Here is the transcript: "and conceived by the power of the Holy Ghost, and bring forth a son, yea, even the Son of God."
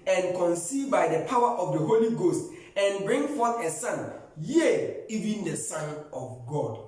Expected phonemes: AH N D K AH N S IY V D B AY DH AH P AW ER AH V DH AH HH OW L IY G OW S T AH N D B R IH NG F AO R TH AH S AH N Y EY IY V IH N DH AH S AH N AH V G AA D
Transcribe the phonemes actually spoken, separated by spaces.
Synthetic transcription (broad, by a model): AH N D K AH N S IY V B AY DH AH P AW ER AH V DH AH HH OW L IY G OW S T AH N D B R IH NG F AO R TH AH S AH N Y EY IY V IH N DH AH S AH N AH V G AA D